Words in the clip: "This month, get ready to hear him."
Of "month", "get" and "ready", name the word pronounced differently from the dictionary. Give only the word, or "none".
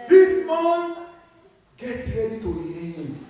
month